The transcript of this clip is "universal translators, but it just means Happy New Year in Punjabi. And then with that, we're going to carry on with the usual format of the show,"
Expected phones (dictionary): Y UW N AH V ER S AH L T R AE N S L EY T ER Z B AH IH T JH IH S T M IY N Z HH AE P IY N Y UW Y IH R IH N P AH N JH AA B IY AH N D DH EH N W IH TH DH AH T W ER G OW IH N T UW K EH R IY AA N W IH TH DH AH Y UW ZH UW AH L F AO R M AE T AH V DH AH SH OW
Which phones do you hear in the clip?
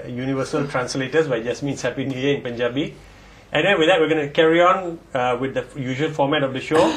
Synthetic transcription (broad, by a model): Y UW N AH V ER S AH L T R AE N S L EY T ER S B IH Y JH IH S M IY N S HH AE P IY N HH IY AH IH N P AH N JH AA B IY AH N D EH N W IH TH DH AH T W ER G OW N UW K EH R IY AA N W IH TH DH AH Y UW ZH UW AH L F AO M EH T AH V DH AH SH OW